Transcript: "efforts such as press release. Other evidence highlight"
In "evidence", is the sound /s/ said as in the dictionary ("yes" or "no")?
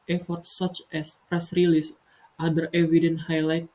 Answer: no